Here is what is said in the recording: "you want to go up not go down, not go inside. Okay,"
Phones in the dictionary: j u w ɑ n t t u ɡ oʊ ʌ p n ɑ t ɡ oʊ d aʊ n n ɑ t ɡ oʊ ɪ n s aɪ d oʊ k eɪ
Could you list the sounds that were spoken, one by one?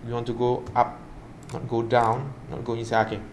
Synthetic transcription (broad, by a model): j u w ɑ n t t u ɡ oʊ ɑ p n ɑ t ɡ oʊ d aʊ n n ɑ t ɡ oʊ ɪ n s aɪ oʊ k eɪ